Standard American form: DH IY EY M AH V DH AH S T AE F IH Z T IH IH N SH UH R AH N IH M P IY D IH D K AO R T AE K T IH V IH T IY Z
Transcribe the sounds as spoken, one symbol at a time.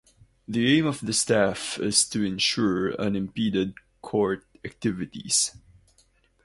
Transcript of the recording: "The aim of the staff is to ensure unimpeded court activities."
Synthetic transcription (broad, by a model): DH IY EY M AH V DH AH S T AE F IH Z T IH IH N SH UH R AH N IH M P IY D IH D K AO R T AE K T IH V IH T IY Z